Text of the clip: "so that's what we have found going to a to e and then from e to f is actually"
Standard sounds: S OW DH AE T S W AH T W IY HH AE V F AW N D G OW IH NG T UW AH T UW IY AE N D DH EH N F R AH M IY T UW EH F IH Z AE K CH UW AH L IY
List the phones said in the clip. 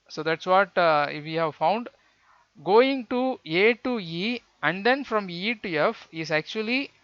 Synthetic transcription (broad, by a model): S OW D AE T S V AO T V IY HH AE V F AW N D G OW IH NG T UW AH T UW IY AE N D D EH N F R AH M IY T UW EH F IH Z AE K CH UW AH L IY